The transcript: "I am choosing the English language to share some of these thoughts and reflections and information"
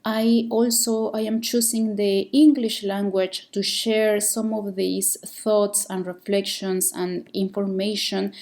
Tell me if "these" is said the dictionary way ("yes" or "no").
no